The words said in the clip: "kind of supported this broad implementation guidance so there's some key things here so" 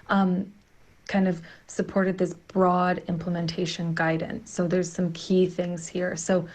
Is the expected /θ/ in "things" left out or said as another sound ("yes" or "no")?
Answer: no